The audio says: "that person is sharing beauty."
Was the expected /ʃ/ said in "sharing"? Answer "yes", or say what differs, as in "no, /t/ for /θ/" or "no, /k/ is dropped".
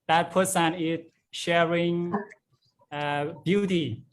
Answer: yes